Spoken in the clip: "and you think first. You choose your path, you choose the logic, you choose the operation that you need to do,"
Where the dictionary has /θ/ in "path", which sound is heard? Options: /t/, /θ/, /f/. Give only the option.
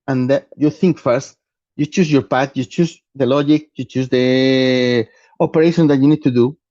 /t/